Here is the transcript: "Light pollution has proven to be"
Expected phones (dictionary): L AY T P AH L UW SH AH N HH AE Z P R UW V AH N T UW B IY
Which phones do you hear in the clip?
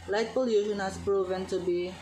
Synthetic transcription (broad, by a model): L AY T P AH L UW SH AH N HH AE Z P R UW V AH N T UW B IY